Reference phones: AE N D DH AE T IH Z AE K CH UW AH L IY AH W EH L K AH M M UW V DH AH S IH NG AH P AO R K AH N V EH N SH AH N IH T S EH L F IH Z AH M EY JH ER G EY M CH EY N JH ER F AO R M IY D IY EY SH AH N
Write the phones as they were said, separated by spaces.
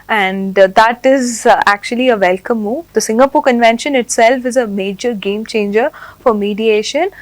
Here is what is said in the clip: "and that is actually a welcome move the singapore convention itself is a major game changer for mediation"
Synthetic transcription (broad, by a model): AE N D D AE T IH Z AE K CH UW AH L IY AH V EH L K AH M M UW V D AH S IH NG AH P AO R K AH N V EH N SH AH N IH T S EH L F IH Z AH M EY JH ER G EY M CH EY N JH ER F AO R M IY D IY EY SH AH N